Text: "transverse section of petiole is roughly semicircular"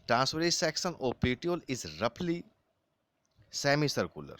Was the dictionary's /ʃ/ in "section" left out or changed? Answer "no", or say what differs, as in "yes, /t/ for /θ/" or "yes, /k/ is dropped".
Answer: yes, /s/ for /ʃ/